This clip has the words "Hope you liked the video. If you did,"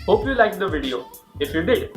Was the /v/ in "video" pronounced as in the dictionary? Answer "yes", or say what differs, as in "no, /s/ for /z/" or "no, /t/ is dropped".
yes